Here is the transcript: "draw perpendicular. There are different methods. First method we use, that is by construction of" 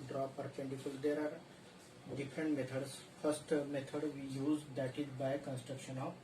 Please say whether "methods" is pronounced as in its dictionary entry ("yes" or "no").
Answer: no